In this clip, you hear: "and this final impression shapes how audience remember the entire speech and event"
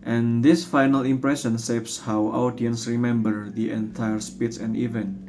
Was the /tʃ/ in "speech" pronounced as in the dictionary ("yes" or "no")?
no